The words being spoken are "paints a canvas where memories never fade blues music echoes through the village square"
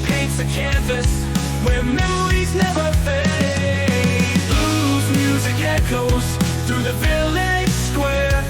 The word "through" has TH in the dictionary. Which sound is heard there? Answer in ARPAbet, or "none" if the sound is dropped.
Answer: TH